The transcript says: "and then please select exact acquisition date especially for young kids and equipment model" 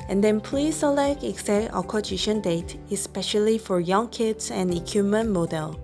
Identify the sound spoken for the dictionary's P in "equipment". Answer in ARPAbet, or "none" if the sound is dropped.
none